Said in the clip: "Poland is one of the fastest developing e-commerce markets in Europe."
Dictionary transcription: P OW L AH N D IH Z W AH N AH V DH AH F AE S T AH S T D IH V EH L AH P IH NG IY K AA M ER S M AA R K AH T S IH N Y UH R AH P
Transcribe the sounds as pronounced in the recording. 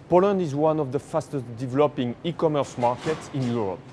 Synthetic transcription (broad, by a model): P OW L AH N D IH Z W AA N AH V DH AH F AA S T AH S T D IH V EH L AH P IH NG IY K AA M ER S M AA R K AH T S IH N Y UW R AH P